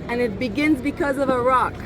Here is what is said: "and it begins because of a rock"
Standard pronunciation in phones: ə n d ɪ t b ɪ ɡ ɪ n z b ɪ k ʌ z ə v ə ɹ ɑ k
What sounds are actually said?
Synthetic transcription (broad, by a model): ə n ɪ t b ɪ ɡ ɪ n z b ɪ k ʌ z ə v ə ɹ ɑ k